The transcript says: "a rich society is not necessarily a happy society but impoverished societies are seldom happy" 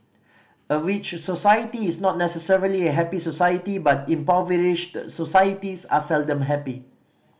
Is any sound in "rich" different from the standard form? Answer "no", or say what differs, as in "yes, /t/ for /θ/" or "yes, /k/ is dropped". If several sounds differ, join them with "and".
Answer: yes, /w/ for /ɹ/